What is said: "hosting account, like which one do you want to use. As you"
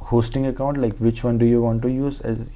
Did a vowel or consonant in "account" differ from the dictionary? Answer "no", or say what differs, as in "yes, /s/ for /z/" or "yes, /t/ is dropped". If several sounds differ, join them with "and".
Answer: no